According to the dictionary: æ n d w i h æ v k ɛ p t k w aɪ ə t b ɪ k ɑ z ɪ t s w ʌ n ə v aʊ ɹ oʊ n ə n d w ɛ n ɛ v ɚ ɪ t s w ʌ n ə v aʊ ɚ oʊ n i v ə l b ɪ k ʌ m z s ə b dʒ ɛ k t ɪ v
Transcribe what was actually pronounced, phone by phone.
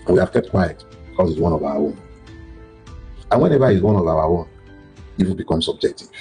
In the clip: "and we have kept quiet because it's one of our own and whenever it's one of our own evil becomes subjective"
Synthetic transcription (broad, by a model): w i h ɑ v k ɛ p t k w aɪ ə t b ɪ k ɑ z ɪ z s w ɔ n ə v aʊ w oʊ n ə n w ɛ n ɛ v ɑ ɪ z w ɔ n ə v aʊ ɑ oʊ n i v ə n b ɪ k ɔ m s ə b dʒ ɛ k t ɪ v